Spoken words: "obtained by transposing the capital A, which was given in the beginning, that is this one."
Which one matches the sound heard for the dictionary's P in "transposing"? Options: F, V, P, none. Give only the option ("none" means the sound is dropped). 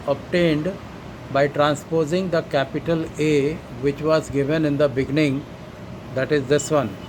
P